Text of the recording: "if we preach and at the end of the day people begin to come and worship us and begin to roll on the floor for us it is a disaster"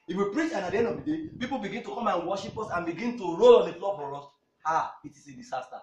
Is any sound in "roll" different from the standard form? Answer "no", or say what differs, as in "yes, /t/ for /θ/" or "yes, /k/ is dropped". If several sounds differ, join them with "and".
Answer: no